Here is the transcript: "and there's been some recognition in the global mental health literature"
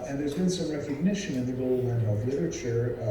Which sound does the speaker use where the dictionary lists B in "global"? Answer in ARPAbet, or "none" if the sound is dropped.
none